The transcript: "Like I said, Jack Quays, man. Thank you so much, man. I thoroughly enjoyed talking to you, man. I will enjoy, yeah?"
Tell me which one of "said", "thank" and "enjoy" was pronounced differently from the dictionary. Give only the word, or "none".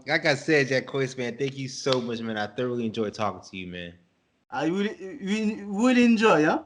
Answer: none